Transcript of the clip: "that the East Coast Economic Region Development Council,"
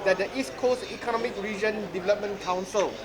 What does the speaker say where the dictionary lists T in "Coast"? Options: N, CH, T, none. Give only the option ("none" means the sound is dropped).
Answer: none